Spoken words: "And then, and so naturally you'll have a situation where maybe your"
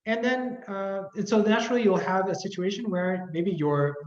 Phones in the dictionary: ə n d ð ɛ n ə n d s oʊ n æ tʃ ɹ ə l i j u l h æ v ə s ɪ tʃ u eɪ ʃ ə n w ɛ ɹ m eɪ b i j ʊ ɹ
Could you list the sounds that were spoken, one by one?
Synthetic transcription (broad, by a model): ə n ð ɛ n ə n s oʊ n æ tʃ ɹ l i j u l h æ v ə s ɪ tʃ u eɪ ʃ ə n w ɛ ɹ m eɪ b i j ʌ ɹ